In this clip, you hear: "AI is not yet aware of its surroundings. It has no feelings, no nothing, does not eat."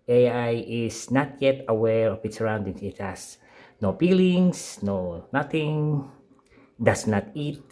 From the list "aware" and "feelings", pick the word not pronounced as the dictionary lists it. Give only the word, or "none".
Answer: feelings